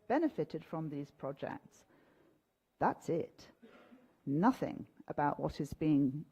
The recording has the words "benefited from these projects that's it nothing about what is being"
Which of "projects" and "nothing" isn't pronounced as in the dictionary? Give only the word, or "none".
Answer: none